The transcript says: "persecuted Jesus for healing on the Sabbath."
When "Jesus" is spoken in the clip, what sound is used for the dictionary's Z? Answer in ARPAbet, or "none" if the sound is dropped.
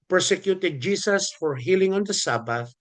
S